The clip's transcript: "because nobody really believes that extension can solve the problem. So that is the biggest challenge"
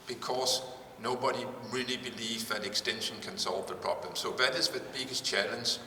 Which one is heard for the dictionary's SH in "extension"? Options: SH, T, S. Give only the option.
SH